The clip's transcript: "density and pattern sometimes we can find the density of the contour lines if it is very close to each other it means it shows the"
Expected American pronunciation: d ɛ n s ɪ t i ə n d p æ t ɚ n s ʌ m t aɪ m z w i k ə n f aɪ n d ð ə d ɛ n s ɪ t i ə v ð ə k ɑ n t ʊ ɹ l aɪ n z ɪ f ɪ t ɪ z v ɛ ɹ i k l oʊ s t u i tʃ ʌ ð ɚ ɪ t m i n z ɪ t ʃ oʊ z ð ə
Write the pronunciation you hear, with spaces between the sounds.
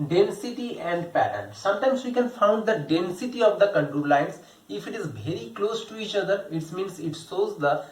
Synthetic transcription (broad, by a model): d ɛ n s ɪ t i ə n d p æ t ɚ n s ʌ m t aɪ m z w i k ə n f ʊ n d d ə d ɛ n s ɪ t i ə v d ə k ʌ n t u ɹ l aɪ n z ɪ f ɪ t ɪ z v ɛ ɹ i k l oʊ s t u i tʃ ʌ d ɚ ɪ t m i n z ɪ t s oʊ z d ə